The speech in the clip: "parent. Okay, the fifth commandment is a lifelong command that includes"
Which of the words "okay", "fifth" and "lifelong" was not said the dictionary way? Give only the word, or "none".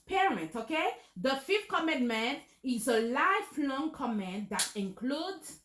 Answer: fifth